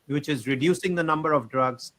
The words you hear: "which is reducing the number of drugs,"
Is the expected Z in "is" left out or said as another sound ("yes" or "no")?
no